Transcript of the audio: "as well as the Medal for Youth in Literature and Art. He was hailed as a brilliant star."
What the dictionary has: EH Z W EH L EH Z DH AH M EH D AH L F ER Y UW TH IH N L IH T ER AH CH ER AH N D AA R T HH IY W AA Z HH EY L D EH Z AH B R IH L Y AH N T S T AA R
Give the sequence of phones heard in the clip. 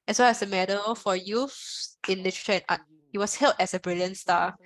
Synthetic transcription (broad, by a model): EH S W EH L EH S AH M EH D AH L F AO Y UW F IH N L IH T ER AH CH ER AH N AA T HH IY W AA S HH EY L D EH S AH B R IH L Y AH N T S T AA